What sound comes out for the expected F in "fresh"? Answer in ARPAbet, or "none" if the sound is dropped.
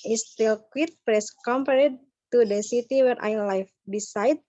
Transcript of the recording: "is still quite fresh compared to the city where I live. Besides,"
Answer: P